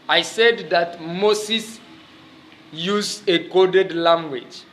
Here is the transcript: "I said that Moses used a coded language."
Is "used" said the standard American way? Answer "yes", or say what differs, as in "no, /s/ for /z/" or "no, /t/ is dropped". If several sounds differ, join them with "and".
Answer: no, /d/ is dropped